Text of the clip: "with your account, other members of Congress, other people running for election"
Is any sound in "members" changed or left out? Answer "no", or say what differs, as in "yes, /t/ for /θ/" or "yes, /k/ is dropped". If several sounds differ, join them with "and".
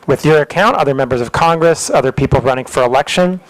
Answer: no